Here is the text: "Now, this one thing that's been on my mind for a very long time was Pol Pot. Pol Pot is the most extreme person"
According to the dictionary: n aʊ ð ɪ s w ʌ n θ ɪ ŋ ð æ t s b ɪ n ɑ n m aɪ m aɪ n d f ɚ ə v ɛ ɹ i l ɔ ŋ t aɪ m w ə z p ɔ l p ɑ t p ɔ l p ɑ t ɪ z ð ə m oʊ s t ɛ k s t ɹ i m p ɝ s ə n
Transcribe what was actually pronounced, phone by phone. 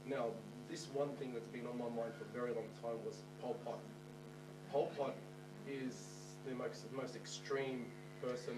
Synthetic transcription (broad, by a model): n aʊ ð ɪ s w ʌ n θ ɪ ŋ ð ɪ t s b ɪ n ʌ n m aɪ m aɪ n d f ɚ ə v ɛ ɹ i l ɔ ŋ t aɪ m w ə z p ɔ l p ɑ t p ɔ l p ɑ t ɪ z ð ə m oʊ s t ɛ k s t ɹ i m p ɝ s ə n